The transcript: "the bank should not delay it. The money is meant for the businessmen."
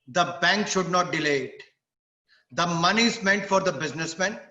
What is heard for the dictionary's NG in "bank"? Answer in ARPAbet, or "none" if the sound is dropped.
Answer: NG